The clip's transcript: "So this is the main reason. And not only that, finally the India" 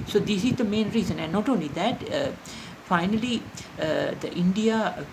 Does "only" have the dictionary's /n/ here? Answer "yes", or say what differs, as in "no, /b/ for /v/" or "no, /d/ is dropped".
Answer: yes